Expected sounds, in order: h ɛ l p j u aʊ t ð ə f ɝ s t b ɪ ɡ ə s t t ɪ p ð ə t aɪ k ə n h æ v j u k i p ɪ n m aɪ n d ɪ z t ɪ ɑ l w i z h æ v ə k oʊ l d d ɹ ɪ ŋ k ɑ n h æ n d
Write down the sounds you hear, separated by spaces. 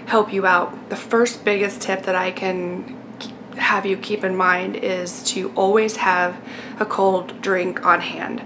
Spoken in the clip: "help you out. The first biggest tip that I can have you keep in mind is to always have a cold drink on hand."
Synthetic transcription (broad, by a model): h ɛ l p j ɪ aʊ t ð ə f ɝ s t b ɪ ɡ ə s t t ɪ p ð ə t aɪ k ə n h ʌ v j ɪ k i p ɪ n m aɪ n d ɪ z t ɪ ɑ l w i z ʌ v ə k oʊ l d d ɹ ɪ ŋ k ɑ n h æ n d